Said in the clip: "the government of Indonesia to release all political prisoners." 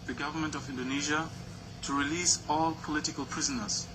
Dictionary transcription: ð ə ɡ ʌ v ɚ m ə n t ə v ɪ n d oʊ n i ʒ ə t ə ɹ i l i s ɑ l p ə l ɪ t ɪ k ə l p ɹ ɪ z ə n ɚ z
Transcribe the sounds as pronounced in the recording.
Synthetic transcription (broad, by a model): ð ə ɡ ʌ v ɚ m ə n t ə v ɪ n d oʊ n i ʒ ə t ə ɹ i l i s ɑ l p ə l ɪ t ɪ k ə l p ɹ ɪ z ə n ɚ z